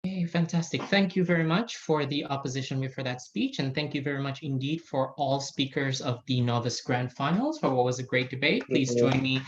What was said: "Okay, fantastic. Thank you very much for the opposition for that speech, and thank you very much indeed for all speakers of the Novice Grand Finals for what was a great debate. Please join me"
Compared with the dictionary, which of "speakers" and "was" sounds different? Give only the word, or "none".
none